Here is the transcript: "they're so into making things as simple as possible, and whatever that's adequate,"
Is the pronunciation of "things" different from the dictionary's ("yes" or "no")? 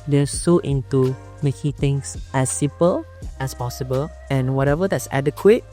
yes